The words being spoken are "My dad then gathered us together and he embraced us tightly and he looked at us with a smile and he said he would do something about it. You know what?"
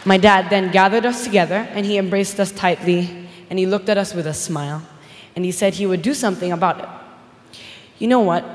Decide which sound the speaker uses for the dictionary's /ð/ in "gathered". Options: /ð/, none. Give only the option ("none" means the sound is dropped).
/ð/